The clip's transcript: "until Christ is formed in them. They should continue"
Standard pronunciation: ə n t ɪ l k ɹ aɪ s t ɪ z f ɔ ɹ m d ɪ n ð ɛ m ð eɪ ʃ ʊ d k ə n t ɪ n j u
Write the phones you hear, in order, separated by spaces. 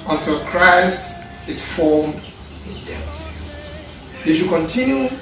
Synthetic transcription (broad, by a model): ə n t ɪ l k ɹ aɪ s t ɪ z f ɔ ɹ m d ɪ n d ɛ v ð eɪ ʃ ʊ k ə n t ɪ n j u